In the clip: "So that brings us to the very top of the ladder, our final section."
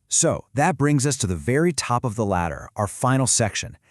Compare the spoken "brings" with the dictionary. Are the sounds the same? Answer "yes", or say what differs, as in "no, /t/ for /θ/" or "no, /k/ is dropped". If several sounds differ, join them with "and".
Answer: yes